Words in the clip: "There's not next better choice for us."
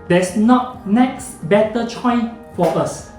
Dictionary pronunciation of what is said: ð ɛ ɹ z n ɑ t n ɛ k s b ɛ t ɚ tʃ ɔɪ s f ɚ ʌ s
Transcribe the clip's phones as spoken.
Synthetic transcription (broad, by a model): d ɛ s n ɑ t n ɛ k s b ɛ t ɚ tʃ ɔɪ f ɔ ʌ s